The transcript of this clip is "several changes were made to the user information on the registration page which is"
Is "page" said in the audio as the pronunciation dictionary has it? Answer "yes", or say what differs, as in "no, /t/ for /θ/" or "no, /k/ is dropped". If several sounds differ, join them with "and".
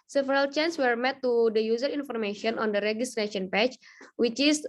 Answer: no, /tʃ/ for /dʒ/